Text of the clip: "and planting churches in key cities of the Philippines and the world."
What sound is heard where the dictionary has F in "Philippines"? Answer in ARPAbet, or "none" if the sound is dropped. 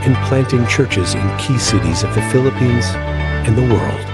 F